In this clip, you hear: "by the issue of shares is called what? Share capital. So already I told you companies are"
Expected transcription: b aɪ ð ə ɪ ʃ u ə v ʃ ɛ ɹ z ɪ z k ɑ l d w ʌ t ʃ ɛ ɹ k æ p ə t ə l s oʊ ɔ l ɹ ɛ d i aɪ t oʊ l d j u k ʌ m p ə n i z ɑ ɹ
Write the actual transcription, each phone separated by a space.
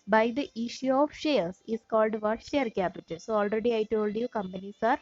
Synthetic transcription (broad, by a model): b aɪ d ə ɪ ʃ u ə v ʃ ɛ ɹ s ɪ s k ɑ l d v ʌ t ʃ ɛ ɹ k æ p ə t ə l s oʊ ɔ l ɹ ɛ d i aɪ t oʊ l d j u k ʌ m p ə n i s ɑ ɹ